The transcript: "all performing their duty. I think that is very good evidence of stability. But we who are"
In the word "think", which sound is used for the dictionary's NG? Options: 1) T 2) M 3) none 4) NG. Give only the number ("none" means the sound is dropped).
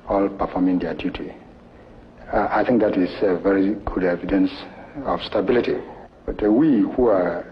4